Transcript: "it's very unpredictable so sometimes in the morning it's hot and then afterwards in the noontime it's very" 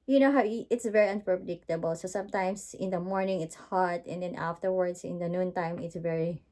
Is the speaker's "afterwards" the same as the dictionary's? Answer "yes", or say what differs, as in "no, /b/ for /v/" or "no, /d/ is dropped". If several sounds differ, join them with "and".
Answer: no, /s/ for /z/